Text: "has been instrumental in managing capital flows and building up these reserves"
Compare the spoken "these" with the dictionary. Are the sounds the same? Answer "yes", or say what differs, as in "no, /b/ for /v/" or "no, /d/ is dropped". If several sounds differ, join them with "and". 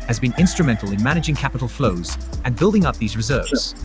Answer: yes